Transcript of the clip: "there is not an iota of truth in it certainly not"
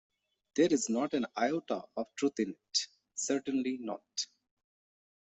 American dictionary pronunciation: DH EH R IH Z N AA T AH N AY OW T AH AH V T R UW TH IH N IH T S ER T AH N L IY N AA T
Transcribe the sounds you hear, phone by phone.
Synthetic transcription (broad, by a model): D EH R IH Z N AA T AH N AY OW T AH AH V T R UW T IH N IH T S ER T AH N L IY N AA T